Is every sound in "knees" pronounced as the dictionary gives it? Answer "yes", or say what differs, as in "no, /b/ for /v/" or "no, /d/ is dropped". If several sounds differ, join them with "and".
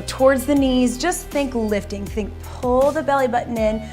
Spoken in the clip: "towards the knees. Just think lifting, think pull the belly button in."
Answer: yes